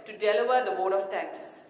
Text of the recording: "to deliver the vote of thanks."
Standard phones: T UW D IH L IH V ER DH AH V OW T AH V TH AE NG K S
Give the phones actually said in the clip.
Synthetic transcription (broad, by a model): T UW D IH L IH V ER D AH B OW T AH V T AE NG K S